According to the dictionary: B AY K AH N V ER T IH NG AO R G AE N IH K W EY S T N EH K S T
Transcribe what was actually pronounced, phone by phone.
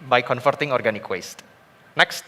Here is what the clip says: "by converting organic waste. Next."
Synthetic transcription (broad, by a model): B AY K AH N F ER T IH NG AO R G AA N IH K W EY S T N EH K S T